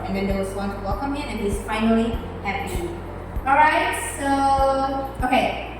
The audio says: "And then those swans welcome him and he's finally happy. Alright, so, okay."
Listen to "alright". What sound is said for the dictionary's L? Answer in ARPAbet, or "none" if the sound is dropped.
none